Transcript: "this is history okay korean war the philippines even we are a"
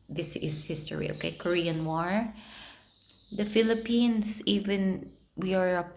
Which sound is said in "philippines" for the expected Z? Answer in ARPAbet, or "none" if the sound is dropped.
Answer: S